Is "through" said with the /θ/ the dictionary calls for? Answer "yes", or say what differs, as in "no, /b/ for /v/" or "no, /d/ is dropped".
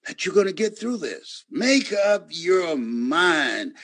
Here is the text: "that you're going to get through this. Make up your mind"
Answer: yes